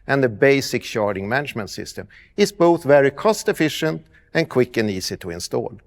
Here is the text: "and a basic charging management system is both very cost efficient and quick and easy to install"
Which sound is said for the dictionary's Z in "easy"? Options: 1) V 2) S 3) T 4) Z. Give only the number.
2